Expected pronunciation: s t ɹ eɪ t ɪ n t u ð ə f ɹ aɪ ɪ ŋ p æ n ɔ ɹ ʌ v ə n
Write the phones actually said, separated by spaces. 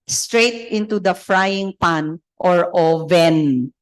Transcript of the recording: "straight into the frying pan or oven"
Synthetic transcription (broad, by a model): s t ɹ eɪ t ɪ n t u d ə f ɹ aɪ ɪ ŋ p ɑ n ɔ ɹ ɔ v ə n